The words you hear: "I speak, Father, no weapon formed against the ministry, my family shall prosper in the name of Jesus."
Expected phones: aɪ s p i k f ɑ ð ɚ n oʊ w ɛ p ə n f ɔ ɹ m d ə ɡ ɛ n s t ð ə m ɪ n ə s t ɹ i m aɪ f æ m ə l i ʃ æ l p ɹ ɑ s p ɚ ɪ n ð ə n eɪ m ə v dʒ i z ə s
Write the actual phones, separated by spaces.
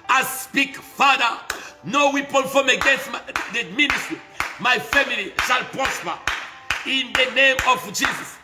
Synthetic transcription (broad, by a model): aɪ s p i k f ɑ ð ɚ n oʊ w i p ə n f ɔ m ə ɡ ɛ n s t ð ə m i n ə s t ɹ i m aɪ f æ m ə l i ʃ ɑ l p ɹ ɑ s p ɚ ɪ n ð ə n eɪ m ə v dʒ i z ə s